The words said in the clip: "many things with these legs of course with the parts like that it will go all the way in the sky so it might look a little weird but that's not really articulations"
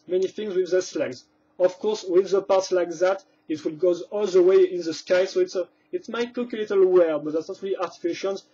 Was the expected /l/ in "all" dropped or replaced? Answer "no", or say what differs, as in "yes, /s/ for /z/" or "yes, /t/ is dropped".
no